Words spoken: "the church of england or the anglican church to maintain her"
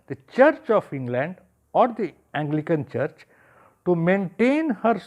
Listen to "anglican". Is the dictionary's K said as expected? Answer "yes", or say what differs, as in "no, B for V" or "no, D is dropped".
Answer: yes